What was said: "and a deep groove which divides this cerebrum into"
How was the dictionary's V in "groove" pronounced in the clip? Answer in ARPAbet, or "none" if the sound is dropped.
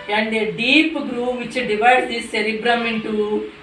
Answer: V